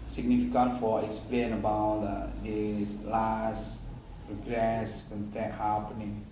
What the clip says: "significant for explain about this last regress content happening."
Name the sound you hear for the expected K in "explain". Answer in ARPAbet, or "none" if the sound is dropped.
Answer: K